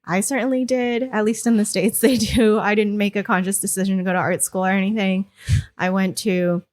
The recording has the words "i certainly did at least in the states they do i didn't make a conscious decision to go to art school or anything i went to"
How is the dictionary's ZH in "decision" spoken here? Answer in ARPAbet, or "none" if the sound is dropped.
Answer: ZH